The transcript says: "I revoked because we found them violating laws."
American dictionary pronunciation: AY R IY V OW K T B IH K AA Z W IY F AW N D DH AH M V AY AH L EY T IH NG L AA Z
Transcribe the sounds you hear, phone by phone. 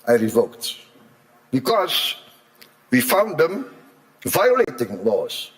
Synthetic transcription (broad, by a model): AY R IY V OW K T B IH K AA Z W IY F AW N D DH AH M V AY AH L EY T IH NG L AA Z